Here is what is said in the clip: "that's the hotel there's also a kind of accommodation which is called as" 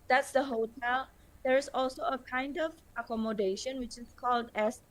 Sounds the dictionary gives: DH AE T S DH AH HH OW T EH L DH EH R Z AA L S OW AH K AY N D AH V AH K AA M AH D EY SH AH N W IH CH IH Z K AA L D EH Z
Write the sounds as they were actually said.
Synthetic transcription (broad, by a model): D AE T S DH AH HH OW T EH L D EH R S AA L S OW AH K AY N D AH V AH K AA M AH D EY SH AH N W IH CH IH S K AA L D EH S